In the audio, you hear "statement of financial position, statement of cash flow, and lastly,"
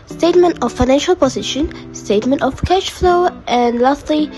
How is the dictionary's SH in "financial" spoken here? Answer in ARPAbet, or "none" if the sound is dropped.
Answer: SH